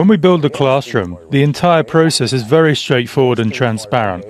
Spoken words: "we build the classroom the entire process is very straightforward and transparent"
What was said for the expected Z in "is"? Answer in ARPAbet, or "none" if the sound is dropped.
Z